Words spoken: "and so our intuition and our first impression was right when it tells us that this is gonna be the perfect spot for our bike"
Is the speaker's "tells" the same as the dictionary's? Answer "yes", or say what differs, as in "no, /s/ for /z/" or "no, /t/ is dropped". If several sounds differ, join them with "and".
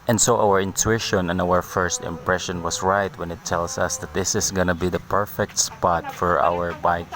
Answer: no, /s/ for /z/